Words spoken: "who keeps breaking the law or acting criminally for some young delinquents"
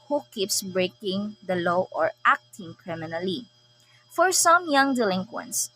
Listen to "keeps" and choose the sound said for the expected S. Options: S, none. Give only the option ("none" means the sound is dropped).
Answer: S